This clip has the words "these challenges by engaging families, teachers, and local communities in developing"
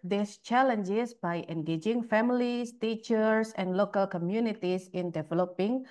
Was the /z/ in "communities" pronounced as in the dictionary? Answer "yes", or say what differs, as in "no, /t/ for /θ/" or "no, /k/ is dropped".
no, /s/ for /z/